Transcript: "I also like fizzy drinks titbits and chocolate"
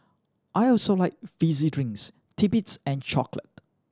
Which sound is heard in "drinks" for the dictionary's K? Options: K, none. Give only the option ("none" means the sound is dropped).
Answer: none